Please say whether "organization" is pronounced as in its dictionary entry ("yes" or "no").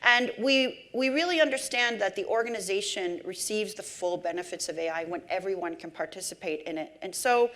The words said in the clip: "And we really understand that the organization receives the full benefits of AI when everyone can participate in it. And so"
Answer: yes